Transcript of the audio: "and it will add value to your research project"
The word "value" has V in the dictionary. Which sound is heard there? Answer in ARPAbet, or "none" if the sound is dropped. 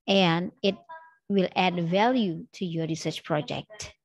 V